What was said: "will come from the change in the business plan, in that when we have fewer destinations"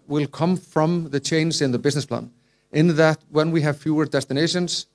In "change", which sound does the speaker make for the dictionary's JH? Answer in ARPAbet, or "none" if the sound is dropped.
Z